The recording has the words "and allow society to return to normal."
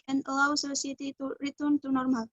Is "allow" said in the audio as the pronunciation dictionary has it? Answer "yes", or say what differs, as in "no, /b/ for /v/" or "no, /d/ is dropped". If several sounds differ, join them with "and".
yes